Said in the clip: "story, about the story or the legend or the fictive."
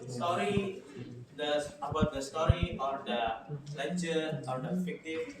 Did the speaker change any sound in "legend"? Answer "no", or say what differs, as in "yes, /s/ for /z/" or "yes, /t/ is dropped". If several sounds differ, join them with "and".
yes, /n/ is dropped